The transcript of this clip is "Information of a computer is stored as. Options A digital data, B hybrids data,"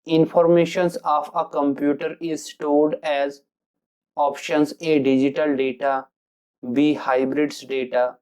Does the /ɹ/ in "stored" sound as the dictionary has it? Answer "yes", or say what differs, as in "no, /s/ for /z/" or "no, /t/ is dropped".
no, /l/ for /ɹ/